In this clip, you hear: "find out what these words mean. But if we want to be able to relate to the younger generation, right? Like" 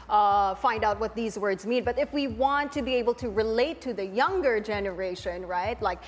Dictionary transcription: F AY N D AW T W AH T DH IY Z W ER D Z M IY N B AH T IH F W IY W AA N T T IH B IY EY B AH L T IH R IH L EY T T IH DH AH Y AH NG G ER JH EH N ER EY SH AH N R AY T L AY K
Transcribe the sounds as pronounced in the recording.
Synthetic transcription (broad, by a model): F AY N D AW T W AH T DH IY Z W ER D Z M IY N B AH T IH F W IY W AA N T T IH B IY EY B L T IH R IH L EY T T IH DH AH Y AH NG G ER JH EH N ER EY SH AH N R AY T L AY K